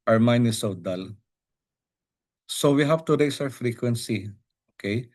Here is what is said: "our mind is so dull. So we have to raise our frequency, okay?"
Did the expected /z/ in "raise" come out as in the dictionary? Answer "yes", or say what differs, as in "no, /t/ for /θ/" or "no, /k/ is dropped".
no, /s/ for /z/